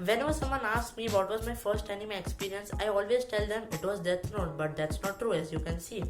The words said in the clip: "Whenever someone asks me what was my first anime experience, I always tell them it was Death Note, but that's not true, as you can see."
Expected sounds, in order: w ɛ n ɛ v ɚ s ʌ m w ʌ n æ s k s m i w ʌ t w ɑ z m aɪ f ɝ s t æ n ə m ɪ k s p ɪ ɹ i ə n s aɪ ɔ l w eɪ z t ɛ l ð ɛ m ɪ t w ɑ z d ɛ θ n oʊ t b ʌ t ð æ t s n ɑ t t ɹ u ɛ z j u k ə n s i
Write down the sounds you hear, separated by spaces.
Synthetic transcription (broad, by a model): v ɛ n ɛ v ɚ s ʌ m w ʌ n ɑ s s m i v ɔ t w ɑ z m aɪ f ɝ s t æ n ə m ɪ k s p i ɹ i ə n s aɪ ɔ l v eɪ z t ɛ l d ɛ m ɪ t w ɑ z d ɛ t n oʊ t b ʌ t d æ t s n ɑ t t ɹ u ɛ z j u k ə n s i